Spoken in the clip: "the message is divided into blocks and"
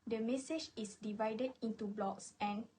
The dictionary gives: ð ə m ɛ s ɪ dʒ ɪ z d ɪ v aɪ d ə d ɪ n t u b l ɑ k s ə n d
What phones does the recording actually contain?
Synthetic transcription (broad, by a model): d ə m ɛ s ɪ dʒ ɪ s d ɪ v aɪ d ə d ɪ n t u b l ɑ k s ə n